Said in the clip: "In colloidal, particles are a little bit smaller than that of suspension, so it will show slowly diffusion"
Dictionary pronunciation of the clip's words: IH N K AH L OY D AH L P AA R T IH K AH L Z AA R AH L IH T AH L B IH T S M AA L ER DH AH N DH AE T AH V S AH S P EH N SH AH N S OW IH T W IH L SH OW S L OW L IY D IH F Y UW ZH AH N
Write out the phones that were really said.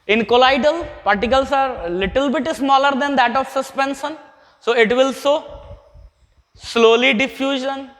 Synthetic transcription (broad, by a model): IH N K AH L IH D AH L P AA R T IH K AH L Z AA R L IH T AH L B IH T S M AA L ER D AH N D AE T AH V S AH S P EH N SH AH N S OW IH T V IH L S OW S L OW L IY D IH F Y UW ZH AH N